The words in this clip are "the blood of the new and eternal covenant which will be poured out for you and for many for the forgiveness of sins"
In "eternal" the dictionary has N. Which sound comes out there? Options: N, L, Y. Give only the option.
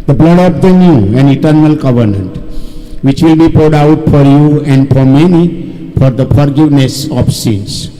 N